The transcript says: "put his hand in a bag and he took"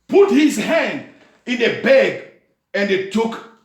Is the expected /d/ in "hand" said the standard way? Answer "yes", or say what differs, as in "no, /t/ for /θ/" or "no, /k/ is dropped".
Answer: yes